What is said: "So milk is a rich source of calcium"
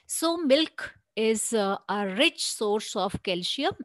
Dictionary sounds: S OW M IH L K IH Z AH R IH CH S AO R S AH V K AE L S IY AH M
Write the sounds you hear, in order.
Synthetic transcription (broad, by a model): S OW M IH L K IH Z AH R IH CH S AO R S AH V K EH L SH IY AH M